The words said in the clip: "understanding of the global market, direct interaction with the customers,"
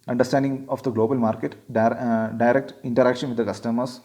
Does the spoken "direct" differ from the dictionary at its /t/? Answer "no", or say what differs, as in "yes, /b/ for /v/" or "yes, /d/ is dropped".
no